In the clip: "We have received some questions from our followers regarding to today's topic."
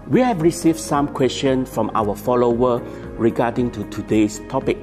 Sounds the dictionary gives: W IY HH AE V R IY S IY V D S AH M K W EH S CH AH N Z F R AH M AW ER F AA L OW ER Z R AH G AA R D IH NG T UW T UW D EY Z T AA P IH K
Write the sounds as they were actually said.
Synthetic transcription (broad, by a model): W IY HH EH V R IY S IY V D S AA M K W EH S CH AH N F R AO M AW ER F AA L OW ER R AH G AA D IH NG T UW T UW D EY S T AA P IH K